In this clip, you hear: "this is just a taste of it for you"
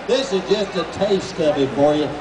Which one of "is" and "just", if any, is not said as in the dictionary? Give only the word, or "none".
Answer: none